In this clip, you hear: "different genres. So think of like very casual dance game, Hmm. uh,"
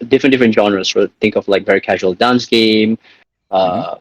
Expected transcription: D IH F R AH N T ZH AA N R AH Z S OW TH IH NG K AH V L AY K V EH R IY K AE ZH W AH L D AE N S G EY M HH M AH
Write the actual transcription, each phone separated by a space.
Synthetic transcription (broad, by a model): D IH F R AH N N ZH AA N R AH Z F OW TH IH NG K AH V L AY K V EH R IY K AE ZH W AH L D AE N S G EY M M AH